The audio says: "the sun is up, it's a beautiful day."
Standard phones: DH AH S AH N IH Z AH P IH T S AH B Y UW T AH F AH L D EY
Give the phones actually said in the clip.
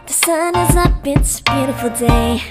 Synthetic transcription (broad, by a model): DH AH S AH N IH Z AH B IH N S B Y UW T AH F L D EY